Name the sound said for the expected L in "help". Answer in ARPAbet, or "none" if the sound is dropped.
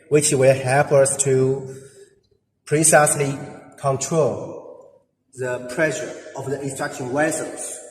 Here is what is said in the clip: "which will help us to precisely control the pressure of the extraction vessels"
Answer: none